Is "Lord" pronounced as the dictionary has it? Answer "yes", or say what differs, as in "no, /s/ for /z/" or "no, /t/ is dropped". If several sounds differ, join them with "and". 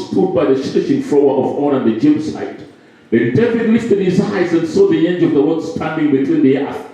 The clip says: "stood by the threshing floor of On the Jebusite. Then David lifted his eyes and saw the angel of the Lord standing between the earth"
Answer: no, /w/ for /l/